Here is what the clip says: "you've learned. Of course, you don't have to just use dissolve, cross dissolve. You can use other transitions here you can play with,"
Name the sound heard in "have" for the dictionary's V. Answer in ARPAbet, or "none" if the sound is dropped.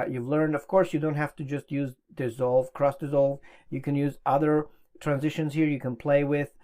F